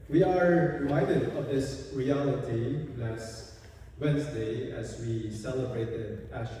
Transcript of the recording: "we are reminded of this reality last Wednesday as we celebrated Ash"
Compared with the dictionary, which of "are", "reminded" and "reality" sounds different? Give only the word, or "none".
reminded